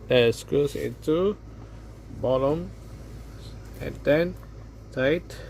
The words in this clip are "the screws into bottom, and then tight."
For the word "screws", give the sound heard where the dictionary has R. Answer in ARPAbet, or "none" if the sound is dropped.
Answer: none